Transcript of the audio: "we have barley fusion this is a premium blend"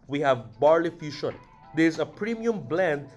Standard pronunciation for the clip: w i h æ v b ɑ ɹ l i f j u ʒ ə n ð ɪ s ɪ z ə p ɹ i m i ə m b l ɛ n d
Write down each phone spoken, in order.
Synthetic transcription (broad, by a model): w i h æ v b ɑ ɹ l i f j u ʃ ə n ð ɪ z ə p ɹ i m i ə m b l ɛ n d